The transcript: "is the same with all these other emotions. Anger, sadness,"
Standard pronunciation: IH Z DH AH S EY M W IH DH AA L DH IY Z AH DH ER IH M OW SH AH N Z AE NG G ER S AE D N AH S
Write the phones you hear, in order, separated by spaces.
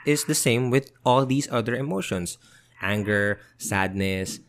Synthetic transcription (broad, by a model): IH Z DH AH S EY M W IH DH AA L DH IY S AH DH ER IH M OW SH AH N S AE NG G ER S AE D N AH S